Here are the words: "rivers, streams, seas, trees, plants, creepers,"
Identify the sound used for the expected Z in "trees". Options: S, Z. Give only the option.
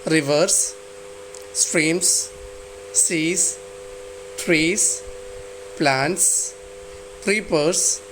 S